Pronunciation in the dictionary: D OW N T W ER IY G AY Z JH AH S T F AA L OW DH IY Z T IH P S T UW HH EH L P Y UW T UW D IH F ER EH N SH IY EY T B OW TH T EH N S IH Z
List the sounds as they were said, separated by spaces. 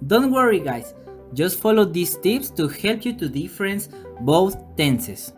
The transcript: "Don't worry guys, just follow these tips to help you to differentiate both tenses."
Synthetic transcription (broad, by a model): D OW N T W ER IY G AY S JH AH S T F AA L OW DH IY S T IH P S T UW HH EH L P Y UW T UW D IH F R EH N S B OW TH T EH N S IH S